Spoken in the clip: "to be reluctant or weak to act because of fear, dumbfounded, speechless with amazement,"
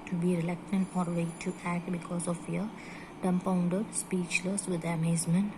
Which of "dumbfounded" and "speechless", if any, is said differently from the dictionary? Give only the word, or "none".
dumbfounded